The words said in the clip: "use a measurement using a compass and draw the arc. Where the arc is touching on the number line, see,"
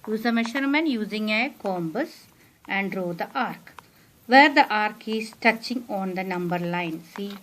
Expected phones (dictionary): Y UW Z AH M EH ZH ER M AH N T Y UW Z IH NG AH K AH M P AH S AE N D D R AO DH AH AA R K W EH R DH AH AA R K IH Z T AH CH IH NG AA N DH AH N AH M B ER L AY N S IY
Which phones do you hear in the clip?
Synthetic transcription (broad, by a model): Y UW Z AH M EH SH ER M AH N Y UW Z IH NG AH K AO M B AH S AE N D D R AO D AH AA R K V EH R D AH AA R K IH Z T AH CH IH NG AA N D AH N AH M B ER L AY N S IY